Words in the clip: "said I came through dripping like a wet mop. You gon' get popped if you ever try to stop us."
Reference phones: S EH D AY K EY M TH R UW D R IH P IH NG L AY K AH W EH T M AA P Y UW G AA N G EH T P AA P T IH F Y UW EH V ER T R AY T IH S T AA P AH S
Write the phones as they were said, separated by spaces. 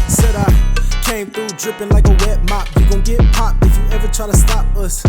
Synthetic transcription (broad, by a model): S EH D AY K EY M TH R UW D R IH P IH NG L AY K AH W EH T M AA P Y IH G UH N G EH T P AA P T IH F Y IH EH V ER T R AY T IH S T AA P AH S